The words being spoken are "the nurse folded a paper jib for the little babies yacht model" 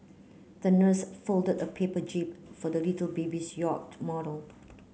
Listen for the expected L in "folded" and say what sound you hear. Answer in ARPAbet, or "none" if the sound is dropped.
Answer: L